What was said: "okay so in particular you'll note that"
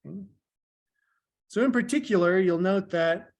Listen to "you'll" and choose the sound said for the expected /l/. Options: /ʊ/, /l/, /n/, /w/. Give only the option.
/l/